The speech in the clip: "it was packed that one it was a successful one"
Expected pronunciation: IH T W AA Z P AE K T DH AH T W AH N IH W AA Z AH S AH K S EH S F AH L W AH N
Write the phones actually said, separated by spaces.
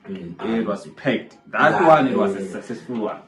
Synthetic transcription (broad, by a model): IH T W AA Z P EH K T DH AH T W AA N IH W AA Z AH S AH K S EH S AH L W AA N